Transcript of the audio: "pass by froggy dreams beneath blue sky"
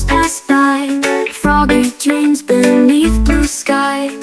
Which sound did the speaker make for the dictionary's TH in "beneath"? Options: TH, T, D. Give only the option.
TH